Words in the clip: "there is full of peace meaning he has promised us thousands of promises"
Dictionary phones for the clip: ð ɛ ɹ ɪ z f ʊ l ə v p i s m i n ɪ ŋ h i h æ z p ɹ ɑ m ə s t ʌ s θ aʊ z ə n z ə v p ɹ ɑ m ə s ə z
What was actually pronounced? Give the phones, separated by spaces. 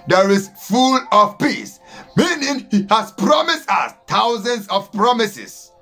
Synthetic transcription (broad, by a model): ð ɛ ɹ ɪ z f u l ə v p i s m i n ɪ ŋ h i h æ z p ɹ ɑ m ə s t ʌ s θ aʊ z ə n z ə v p ɹ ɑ m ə s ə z